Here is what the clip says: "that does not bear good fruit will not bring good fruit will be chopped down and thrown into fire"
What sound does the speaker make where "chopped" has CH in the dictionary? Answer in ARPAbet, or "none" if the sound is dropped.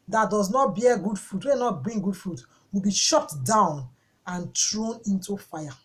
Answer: SH